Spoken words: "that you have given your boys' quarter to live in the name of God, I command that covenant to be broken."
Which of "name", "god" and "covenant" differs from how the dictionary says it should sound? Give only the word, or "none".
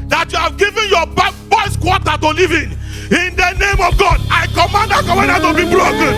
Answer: covenant